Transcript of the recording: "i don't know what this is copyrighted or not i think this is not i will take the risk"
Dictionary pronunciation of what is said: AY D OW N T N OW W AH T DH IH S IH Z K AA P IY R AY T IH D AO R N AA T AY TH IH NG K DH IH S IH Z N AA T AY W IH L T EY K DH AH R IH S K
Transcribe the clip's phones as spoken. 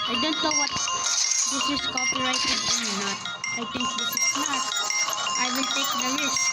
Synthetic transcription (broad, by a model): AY D OW N T N OW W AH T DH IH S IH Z K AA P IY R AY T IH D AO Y N AA T AY T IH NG K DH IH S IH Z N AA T AY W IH N T EY K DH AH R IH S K